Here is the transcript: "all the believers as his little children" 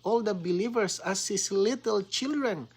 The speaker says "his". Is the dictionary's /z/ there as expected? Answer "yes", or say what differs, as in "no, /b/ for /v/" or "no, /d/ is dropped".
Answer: no, /s/ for /z/